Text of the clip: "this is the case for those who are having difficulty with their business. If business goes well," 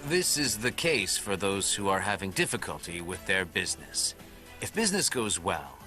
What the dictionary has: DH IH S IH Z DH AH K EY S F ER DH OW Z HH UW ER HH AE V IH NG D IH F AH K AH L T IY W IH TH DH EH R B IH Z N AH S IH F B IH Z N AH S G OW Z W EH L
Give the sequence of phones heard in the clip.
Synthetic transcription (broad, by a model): DH IH S IH Z DH AH K EY S F ER DH OW Z HH UW ER HH AE V IH NG D IH F AH K AH L T IY W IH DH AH R B IH Z N AH S IH F B IH Z N AH S G OW Z W EH L